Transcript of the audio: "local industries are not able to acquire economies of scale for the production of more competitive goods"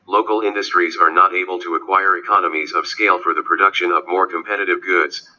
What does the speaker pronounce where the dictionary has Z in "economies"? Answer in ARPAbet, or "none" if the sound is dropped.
Z